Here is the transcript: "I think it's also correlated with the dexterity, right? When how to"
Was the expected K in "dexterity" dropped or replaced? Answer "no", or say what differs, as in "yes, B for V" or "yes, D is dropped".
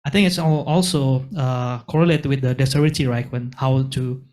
yes, K is dropped